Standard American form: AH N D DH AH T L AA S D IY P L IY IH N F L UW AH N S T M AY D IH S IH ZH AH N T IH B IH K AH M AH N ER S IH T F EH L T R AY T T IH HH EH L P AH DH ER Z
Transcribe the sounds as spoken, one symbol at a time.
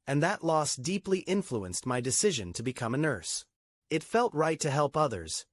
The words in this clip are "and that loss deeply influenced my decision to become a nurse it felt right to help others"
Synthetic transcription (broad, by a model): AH N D DH AH T L AA S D IY P L IY IH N F L UW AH N S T M AY D IH S IH ZH AH N T IH B IH K AH M AH N ER S IH T F EH L T R AY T T IH HH EH L P AH DH ER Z